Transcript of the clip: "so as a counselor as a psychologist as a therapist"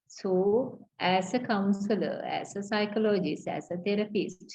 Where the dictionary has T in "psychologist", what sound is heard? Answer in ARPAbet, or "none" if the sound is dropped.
none